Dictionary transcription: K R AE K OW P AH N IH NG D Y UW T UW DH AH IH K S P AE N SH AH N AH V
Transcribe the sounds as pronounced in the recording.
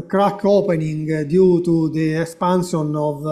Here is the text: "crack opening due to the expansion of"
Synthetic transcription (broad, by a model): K R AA K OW P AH N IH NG D Y UW T UW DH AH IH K S P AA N S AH N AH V